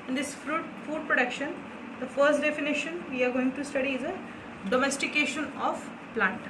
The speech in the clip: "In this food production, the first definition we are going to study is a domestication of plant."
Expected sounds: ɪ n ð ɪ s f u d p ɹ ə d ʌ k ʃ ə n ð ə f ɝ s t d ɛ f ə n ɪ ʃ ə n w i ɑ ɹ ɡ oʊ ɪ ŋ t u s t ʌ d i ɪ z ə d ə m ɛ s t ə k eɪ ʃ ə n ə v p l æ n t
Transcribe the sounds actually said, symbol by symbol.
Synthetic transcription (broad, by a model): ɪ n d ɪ s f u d p ɹ ə d ʌ k ʃ ə n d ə f ɝ s t d ɛ f ə n ɪ ʃ ə n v i ɑ ɹ ɡ oʊ ɪ ŋ t u s t ʌ d i ɪ z ə d ə m ɛ s t ə k eɪ ʃ ə n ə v p l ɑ n t